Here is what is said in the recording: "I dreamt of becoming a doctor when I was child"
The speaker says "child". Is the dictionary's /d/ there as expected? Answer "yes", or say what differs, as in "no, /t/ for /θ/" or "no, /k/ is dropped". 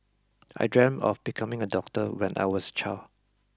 no, /d/ is dropped